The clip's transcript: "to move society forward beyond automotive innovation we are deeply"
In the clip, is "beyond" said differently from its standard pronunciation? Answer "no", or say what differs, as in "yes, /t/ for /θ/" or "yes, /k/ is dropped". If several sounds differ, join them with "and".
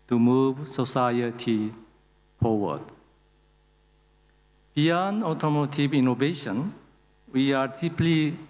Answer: yes, /d/ is dropped